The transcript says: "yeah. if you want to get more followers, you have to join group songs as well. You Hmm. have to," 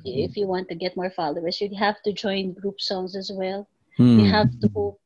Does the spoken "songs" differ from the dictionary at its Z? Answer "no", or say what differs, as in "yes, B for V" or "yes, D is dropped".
yes, S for Z